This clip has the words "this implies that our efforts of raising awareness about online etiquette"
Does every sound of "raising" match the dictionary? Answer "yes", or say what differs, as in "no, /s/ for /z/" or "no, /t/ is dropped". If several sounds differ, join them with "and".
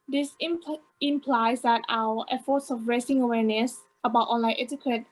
no, /s/ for /z/